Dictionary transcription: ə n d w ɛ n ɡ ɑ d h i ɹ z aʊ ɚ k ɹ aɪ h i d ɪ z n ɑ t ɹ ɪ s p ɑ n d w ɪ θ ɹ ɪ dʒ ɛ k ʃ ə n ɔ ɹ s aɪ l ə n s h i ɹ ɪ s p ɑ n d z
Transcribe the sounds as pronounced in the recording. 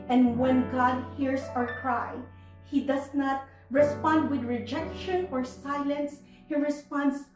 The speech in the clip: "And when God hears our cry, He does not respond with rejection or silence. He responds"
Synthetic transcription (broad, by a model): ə n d w ɛ n ɡ ɑ d h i ɹ s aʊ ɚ k ɹ aɪ h i d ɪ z n ɑ t ɹ ɪ s p ɑ n d w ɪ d ɹ ɪ dʒ ɛ k ʃ ə n ɔ ɹ s aɪ l ə n s h i ɹ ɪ s p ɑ n d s